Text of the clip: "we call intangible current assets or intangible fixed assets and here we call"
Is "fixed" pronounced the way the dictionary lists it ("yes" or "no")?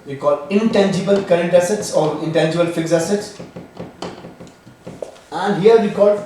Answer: no